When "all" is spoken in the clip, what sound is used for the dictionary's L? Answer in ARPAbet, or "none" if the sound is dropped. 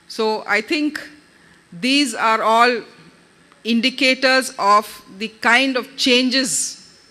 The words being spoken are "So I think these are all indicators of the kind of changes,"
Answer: L